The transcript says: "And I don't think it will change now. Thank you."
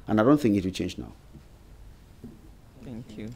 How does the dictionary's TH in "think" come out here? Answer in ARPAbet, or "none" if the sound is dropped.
TH